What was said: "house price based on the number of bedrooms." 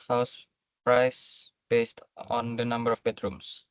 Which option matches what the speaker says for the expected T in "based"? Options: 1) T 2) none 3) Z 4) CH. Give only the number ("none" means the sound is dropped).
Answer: 1